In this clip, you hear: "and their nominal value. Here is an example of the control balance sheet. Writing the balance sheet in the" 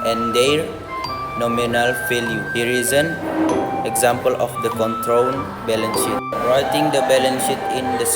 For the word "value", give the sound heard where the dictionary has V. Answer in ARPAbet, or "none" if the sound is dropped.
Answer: F